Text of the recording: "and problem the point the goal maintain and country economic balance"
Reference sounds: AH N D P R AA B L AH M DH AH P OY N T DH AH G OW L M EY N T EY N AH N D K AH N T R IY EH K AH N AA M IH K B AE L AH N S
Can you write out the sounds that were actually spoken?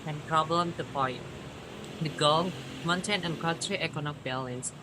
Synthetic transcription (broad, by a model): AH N P R AA B L AH M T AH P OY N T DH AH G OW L M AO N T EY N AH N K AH T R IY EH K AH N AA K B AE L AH N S